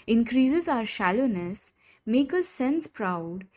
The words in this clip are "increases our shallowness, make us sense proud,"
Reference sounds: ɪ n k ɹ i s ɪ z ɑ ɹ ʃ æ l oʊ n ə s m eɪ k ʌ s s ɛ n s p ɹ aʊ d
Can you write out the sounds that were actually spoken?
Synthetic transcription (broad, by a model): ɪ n k ɹ i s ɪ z ɑ ɹ ʃ æ l oʊ n ə s m eɪ k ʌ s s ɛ n s p ɹ aʊ d